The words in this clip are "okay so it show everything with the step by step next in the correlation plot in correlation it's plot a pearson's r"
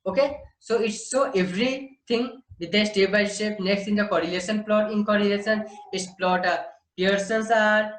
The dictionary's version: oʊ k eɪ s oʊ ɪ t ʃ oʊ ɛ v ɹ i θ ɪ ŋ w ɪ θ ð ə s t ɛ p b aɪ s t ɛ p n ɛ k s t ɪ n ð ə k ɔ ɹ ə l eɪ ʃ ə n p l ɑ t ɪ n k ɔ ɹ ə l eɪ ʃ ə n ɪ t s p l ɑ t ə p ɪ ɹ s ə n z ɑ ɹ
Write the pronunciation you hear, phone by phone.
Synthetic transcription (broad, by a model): oʊ k eɪ s oʊ ɪ t s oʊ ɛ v ɹ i t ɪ ŋ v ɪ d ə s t ɛ b aɪ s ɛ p n ɛ k s t ɪ n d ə k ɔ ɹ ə l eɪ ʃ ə n p l ɑ t ɪ n k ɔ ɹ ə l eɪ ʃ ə n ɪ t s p l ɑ t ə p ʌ ɹ s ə n s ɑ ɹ